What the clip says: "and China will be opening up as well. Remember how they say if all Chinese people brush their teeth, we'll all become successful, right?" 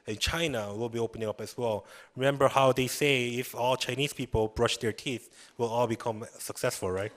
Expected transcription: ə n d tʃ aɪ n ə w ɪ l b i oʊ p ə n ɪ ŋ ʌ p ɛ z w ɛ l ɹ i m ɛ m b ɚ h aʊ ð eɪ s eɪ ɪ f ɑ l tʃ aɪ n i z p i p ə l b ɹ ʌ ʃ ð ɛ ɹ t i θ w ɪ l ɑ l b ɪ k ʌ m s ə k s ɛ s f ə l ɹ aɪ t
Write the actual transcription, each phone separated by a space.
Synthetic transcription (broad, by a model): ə n tʃ aɪ n ə w ɪ l b i oʊ p ə n ɪ ŋ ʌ p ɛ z w ɛ l ɹ i m ɛ m b ɚ h aʊ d eɪ s eɪ ɪ f ɑ l tʃ aɪ n i s p i p ə l b ɹ ʌ ʃ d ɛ ɹ t i θ w ɪ l ɑ l b ɪ k ʌ m s ə k s ɛ s f ə l ɹ aɪ t